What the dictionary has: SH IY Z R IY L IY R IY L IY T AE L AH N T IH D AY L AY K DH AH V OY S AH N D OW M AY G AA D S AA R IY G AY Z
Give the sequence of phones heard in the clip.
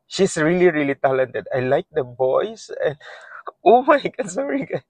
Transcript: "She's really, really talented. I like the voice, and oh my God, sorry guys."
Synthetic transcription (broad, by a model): SH IY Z R IY L IY R IY L IY T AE L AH N T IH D AY L AY K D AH B OY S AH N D OW M AY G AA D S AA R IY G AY